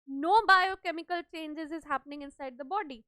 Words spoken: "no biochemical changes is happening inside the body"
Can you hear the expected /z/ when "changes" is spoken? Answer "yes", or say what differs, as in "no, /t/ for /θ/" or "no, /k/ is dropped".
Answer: yes